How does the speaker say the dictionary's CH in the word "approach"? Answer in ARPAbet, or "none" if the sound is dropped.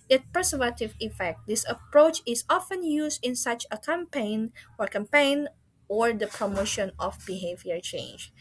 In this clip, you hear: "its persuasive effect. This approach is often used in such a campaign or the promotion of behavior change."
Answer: CH